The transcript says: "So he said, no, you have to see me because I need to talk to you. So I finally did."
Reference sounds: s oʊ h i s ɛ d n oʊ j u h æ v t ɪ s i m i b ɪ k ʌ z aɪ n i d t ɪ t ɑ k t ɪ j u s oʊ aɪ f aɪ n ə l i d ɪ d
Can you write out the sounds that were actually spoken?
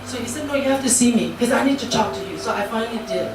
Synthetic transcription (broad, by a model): s oʊ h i s ɛ d n oʊ j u h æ f t ɪ s i m i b k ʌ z aɪ n i d t ɪ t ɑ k t ɪ j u s oʊ aɪ f aɪ n ə l i d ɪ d